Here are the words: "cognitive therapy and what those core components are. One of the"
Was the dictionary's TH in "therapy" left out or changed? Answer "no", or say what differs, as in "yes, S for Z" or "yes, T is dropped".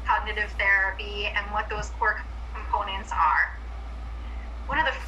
no